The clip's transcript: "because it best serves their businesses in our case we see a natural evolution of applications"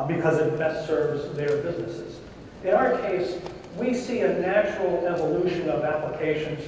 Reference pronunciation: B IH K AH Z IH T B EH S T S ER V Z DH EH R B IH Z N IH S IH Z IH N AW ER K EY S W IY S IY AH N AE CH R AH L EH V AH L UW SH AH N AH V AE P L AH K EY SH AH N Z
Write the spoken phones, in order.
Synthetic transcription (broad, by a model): B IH K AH Z IH T B EH S T S ER V Z DH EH R B IH Z N IH S IH Z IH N AW ER K EY S W IY S IY AH N AE CH R L EH V AH L UW SH AH N AH V AE P L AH K EY SH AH N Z